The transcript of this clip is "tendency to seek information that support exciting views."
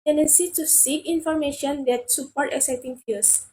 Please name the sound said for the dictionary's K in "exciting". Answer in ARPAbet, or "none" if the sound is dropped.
none